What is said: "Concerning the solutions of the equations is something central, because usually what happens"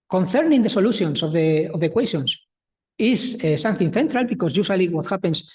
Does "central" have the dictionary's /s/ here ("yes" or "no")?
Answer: no